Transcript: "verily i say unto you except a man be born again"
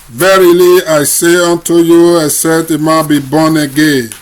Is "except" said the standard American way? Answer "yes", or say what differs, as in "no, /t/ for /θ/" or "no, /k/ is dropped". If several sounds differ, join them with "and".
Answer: no, /k/ is dropped and /p/ is dropped